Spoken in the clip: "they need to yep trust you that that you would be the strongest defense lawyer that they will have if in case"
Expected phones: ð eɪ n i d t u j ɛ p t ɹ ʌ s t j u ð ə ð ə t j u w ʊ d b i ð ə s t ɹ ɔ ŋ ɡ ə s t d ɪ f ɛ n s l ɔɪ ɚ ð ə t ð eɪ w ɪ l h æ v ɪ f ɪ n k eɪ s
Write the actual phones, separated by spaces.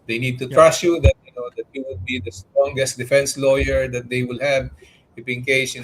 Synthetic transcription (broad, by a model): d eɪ n i d t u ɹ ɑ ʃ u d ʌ t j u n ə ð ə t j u w ʊ d b i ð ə s t ɹ ɔ ŋ ɡ ə s t d ɪ f ɛ n s l ɔɪ ɚ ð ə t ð eɪ w ɪ l h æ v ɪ p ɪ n k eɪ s